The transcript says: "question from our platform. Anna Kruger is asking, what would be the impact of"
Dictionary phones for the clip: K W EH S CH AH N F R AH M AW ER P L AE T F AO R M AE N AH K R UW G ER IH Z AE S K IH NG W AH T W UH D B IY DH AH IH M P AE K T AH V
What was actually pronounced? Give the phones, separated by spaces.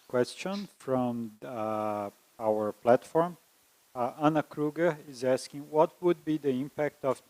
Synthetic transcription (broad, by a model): K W EH S CH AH N F R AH M AW ER P L AE T F AO R M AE N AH K R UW G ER IH Z AE S K IH NG W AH T W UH D B IY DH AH IH M P AE K T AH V